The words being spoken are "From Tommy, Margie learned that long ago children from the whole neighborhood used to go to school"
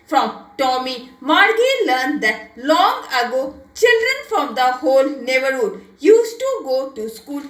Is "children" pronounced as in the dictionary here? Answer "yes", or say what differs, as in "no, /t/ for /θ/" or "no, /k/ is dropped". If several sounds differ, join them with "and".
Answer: yes